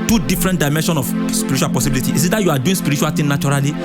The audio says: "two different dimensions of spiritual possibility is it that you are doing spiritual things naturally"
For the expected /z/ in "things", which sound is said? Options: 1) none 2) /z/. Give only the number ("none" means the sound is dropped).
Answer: 1